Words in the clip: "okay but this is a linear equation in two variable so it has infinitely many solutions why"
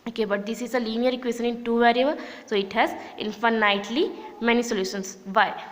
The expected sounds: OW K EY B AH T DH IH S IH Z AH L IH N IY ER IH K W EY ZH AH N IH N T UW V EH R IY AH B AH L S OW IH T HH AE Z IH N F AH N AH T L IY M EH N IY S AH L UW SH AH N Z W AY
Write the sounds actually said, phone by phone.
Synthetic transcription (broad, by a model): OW K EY B AH T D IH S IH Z AH L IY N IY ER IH K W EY S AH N IH N T UW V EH R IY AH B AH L S OW IH T HH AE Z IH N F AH N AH T L IY M EH N IY S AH L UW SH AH N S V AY